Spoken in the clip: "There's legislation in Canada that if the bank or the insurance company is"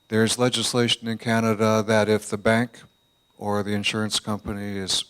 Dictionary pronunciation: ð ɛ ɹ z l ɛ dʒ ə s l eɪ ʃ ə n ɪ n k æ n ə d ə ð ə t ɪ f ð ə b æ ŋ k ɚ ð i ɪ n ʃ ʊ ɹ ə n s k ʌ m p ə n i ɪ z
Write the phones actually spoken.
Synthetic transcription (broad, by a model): ð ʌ ɹ z l ɛ dʒ ə s l eɪ ʃ ə n ɪ n k æ n ə d ə ð ə t ɪ f ð ə b æ ŋ k ɚ ð i ɪ n ʃ ʊ ɹ ə n s k ʌ m p ə n i ɪ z